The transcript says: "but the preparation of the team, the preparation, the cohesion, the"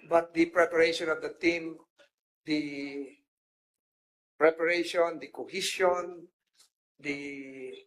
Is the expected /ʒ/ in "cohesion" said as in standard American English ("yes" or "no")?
no